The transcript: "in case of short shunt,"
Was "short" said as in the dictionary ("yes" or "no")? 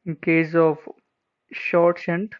yes